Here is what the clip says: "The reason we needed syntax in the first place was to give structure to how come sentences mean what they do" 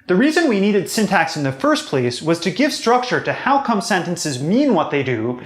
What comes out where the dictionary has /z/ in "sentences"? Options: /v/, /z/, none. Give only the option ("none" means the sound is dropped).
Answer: /z/